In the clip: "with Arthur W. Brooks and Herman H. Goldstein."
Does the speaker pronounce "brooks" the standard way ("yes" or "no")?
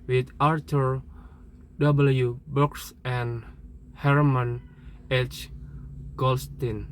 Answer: no